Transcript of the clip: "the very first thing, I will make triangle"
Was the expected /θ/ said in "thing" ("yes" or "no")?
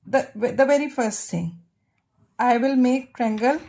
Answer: no